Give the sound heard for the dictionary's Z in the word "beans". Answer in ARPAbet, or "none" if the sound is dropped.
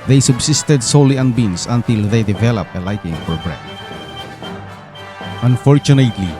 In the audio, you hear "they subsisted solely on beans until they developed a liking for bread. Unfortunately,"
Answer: S